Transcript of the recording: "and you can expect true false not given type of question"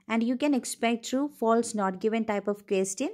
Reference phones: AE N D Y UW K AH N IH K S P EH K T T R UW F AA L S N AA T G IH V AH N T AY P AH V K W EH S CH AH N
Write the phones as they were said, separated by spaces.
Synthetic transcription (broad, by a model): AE N D Y UW K AH N IH K S P EH K T T R UW F AA L S N AA T G IH V AH N T AY P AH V K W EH S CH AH N